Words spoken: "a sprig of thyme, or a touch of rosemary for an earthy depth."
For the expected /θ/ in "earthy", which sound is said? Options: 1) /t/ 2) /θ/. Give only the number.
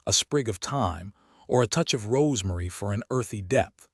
2